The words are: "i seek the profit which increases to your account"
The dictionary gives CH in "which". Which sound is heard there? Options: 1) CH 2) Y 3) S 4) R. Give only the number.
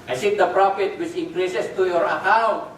3